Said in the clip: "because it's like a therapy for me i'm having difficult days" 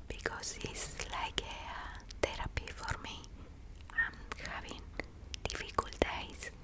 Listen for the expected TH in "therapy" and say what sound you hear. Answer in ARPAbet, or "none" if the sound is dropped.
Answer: T